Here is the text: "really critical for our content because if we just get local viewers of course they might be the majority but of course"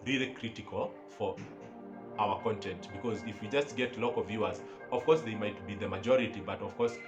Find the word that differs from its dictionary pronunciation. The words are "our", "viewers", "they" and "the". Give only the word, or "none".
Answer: none